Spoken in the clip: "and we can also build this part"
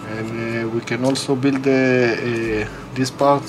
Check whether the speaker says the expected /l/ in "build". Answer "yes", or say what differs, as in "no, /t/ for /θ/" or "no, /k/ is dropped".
yes